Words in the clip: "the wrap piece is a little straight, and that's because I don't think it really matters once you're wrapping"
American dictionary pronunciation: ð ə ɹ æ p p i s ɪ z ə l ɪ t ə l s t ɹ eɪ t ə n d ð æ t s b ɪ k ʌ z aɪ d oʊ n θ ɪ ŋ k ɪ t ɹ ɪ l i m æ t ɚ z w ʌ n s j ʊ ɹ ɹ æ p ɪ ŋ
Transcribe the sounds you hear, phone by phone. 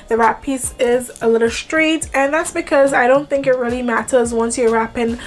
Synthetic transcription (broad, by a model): ð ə ɹ æ p p i s ɪ z ə l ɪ t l s t ɹ eɪ t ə n ð æ t s b ɪ k ʌ z aɪ d oʊ n θ ɪ ŋ k ɪ t ɹ ɪ l i m æ t ɚ z w ʌ n s j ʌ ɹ ɹ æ p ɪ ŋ